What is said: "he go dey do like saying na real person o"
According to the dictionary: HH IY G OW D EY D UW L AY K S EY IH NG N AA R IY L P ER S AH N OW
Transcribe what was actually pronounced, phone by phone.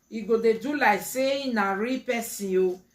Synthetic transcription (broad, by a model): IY G OW D EY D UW L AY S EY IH N AA R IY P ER S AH OW